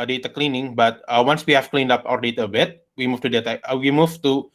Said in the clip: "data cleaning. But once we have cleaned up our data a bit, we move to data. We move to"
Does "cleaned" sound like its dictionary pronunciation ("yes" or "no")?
yes